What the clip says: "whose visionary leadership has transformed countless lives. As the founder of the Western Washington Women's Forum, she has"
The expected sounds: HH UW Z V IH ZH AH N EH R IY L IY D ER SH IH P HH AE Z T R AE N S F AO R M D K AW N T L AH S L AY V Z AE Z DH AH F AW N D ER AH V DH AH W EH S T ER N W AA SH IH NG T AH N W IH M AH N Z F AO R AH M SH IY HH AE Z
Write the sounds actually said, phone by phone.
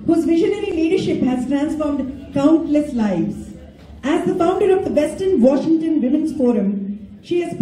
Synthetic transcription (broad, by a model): HH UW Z V IH ZH AH N EH R IY L IY D ER SH IH P HH AE Z T R AE N S F AO R M D K AW N T L AH S L AY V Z AE Z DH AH F AW N D ER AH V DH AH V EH S T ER N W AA SH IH NG T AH N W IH M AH N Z F AO R AH M SH IY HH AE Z